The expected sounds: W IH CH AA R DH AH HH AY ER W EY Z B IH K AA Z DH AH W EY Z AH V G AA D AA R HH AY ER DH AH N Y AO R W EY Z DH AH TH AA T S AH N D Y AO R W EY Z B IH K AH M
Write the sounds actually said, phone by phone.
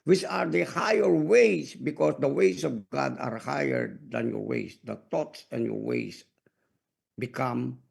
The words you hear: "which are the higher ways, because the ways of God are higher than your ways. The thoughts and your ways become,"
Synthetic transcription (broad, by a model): W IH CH AA R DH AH HH AY ER W EY S B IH K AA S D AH W EY S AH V G AA D AA R HH AY ER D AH N Y AO R W EY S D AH T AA T S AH N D Y AO R W EY S B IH K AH M